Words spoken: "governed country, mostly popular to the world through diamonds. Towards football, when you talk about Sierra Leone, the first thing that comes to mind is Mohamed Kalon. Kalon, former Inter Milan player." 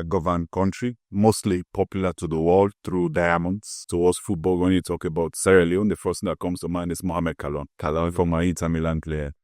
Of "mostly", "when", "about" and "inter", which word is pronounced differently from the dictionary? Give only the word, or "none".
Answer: inter